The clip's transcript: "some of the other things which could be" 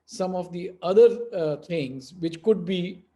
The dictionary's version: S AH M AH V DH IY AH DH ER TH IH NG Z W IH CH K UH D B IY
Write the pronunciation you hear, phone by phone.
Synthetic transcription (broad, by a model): S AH M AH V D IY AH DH ER T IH NG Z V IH CH K UH D B IY